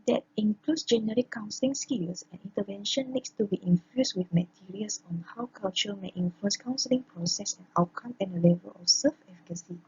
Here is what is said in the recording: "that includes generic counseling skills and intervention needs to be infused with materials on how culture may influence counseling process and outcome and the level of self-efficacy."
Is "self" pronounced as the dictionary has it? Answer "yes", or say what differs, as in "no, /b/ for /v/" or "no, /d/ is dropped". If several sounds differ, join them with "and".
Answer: no, /l/ is dropped